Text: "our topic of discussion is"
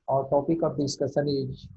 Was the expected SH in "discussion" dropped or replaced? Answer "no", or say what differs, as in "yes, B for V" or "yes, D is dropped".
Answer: yes, S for SH